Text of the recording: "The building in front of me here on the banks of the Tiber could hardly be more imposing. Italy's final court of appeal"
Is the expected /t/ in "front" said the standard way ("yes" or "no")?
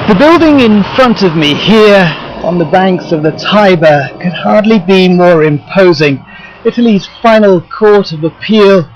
yes